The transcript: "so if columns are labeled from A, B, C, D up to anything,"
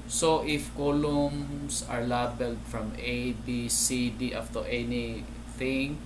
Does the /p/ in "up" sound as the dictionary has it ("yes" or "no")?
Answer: no